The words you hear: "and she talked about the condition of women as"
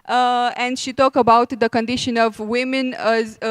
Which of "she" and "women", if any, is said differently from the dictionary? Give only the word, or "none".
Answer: none